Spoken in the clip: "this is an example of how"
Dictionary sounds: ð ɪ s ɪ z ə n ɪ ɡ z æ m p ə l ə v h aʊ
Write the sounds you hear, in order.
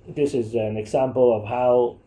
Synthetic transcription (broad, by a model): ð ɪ s ɪ z ə n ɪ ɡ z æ m p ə l ə v h aʊ